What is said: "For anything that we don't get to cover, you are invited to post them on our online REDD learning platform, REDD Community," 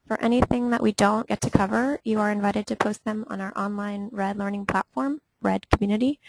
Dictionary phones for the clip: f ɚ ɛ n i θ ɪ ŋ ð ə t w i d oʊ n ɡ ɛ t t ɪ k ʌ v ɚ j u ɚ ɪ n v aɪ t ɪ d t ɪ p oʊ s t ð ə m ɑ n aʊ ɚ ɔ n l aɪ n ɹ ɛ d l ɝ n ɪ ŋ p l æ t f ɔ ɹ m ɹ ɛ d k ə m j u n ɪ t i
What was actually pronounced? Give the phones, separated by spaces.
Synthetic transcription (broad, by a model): f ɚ ɛ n i θ ɪ ŋ ð ə t w i d oʊ n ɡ ɛ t t ɪ k ʌ v ɚ j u ɚ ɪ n v aɪ t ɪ d t ɪ p oʊ s t ð ə m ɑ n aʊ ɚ ɔ n l aɪ n ɹ ɛ d l ɝ n ɪ ŋ p l æ t f ɔ ɹ m ɹ ɛ d k m j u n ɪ t i